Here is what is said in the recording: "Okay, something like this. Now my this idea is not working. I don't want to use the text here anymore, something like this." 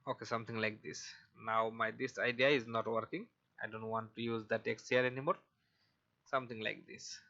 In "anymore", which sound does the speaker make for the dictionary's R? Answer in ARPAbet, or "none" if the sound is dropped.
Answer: R